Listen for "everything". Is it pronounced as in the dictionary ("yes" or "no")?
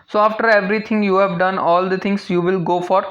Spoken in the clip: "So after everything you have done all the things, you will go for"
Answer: no